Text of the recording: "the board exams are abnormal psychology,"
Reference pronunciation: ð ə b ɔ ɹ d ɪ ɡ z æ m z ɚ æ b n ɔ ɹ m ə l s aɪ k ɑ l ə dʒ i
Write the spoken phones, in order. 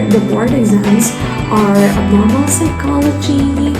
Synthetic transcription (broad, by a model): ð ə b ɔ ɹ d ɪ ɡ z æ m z ɚ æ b ɔ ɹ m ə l s aɪ k ɑ l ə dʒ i